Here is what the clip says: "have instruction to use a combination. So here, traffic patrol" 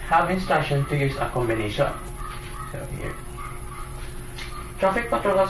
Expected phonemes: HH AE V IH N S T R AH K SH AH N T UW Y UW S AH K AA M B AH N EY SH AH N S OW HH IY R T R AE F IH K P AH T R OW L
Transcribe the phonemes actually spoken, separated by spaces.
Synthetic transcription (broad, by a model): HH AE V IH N S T AA SH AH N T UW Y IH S AH K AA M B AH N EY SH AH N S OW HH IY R T R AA F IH K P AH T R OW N